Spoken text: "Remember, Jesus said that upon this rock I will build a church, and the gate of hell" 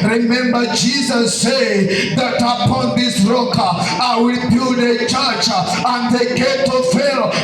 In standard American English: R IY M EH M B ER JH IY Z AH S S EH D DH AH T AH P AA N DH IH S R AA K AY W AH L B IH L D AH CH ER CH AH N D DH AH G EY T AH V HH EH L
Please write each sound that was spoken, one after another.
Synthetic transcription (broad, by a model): R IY M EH M B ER JH IY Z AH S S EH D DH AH T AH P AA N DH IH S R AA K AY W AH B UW D AH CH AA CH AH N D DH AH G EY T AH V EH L